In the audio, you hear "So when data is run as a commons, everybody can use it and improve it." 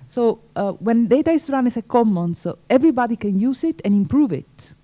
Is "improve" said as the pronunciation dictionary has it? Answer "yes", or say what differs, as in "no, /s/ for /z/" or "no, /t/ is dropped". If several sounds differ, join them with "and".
yes